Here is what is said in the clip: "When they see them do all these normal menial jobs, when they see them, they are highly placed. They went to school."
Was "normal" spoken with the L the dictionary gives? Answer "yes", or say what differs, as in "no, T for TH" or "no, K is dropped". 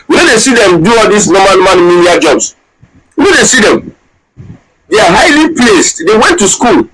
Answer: no, N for L